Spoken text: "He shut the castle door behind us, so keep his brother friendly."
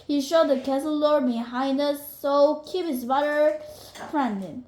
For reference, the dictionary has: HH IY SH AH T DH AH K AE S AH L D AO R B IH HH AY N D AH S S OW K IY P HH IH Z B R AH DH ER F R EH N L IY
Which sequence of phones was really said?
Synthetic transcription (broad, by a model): HH IY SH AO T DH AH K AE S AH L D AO R B IH HH AY N D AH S S OW K IY P HH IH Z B AH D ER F R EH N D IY